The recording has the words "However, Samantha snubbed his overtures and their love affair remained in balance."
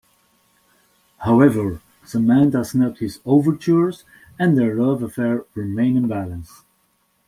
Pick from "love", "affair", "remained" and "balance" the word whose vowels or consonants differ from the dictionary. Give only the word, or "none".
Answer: remained